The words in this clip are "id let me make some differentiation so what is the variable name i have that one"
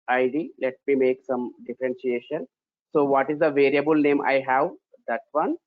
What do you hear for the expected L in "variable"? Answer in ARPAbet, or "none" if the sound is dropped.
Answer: L